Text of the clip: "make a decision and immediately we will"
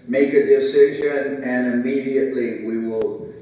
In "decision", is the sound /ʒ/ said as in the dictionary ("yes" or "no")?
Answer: yes